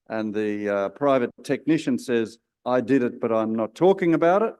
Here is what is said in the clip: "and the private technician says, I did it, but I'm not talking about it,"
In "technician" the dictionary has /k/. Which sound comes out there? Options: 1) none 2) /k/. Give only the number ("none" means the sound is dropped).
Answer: 2